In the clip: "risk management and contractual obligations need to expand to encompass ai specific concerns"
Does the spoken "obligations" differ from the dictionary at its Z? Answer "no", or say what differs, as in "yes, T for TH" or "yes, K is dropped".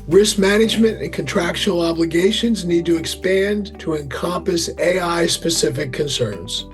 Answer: no